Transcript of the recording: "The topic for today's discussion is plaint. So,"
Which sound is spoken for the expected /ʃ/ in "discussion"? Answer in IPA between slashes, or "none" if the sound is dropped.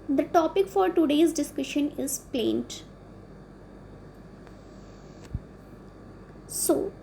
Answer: /ʃ/